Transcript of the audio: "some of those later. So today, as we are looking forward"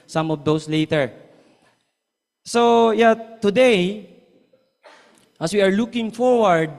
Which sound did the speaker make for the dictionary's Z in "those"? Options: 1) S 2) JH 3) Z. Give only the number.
1